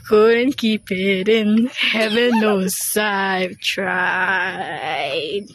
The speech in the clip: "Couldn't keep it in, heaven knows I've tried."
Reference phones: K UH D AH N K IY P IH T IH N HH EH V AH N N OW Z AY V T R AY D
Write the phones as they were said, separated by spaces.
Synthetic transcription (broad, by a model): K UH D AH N K IY P IH T IH N HH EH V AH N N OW S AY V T R AY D